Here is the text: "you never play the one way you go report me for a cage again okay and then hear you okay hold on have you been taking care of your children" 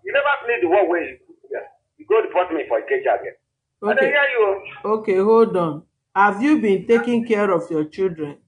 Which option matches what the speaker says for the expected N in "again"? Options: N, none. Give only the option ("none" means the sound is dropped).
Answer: none